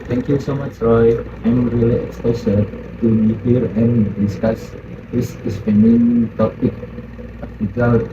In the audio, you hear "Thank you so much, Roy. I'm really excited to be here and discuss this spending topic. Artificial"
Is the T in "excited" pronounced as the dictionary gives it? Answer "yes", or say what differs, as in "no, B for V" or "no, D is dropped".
no, S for T